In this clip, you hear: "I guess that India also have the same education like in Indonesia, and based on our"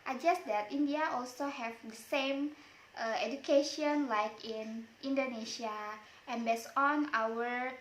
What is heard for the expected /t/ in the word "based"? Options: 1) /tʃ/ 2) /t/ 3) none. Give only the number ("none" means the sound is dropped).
3